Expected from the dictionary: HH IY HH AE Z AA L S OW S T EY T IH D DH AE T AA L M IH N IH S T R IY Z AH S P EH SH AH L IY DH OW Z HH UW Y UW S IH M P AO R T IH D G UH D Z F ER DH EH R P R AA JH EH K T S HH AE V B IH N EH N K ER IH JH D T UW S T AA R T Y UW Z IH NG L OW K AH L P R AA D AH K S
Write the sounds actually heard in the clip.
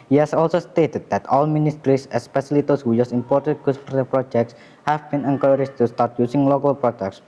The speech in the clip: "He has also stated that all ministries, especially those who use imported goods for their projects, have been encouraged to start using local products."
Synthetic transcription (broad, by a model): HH IY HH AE S AA L S OW S T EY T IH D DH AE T AA L M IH N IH S T R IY S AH S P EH S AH L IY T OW S HH UW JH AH S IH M P AO R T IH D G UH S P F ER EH P R AA JH EH K T S HH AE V B IH N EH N K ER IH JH T UW S T AA R T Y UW S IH NG L OW K AH L P R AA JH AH K S